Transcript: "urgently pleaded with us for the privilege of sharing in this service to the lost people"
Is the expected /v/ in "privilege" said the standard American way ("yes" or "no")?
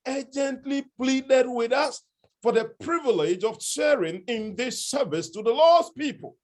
yes